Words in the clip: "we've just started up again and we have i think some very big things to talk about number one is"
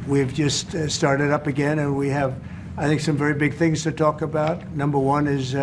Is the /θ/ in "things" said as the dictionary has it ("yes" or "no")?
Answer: yes